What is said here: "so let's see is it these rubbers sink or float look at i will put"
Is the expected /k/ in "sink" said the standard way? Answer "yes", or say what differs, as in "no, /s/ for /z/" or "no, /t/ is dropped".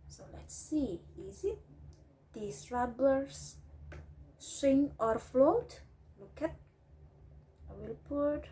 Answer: no, /k/ is dropped